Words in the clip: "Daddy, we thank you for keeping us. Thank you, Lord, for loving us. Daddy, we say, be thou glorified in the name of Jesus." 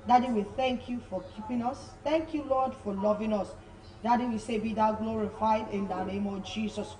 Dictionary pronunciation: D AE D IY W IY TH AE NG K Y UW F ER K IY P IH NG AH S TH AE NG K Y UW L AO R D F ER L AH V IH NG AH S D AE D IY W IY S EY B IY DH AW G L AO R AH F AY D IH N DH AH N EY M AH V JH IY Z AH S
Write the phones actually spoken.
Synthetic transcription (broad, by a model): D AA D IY W IY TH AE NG K Y UW F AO K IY P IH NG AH S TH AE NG K Y UW L AO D F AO L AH V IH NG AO S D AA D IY W IY S EY B IY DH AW G L AO R AH F AY D IH N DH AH N EY M AH V JH IY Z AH S